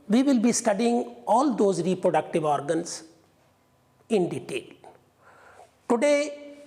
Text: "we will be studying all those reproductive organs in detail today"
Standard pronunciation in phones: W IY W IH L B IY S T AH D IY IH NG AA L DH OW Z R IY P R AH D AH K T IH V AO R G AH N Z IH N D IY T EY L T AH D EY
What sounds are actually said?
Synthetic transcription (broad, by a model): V IY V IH L B IY S T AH D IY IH NG AA L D OW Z R IY P R AH D AH K T IH V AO R G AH N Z IH N D IY T EY L T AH D EY